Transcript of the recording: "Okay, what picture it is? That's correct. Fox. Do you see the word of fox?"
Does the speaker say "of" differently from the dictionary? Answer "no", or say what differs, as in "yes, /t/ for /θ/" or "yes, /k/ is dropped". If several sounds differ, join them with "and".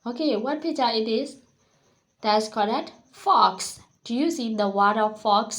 yes, /f/ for /v/